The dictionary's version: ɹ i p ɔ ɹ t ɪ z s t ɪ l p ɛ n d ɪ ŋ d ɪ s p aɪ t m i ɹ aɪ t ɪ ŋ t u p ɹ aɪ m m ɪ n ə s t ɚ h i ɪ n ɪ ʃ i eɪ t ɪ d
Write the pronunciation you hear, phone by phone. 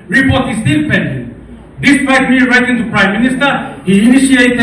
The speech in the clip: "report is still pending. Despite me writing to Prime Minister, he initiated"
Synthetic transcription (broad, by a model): ɹ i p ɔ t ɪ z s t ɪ n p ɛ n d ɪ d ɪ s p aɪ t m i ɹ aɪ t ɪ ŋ t u p ɹ aɪ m m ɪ n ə s t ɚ h i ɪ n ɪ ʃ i eɪ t